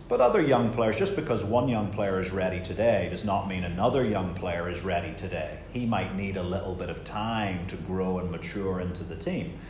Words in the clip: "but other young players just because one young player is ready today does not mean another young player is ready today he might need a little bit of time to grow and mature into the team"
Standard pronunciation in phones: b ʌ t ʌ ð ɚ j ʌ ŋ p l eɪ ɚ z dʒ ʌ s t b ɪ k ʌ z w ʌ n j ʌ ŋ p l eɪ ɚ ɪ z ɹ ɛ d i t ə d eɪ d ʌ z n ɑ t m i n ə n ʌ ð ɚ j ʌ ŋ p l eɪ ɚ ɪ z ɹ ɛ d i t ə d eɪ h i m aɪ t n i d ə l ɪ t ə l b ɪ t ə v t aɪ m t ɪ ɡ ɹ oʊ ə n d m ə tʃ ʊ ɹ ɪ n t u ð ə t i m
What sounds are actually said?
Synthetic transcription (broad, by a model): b ʌ t ʌ ð ɚ j ʌ ŋ p l eɪ ɚ z dʒ ʌ s b ɪ k ʌ z w ʌ n j ʌ ŋ p l eɪ ɚ ɪ z ɹ ɛ d i t ə d eɪ d ʌ z n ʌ t m i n ə n ʌ ð ɚ j ʌ ŋ p l eɪ ɚ ɪ z ɹ ɛ d i t ə d eɪ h i m aɪ t n i d ə l ɪ t l b ɪ t ə v t aɪ m t ɪ ɡ ɹ oʊ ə n m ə tʃ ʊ ɹ ɪ n t u ð ə t i m